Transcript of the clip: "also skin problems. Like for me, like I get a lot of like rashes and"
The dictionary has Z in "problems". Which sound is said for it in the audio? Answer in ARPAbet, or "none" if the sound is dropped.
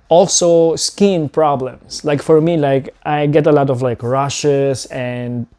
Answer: S